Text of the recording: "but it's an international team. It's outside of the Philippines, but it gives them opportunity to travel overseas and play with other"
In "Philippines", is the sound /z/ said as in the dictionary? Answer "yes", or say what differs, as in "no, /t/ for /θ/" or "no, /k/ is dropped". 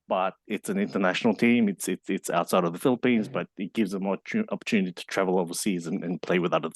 yes